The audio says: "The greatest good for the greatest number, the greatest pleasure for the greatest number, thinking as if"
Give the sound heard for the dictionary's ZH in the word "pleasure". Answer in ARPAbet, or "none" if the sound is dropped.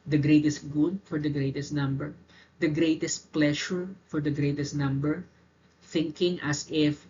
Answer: SH